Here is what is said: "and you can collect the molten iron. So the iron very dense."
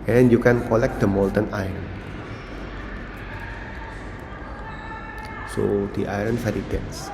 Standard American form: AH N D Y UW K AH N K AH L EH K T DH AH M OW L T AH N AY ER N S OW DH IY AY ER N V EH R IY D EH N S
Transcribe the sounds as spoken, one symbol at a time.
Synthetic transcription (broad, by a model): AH N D Y UW K AH N K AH L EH K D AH M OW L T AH N AY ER N S OW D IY AY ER N F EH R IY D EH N S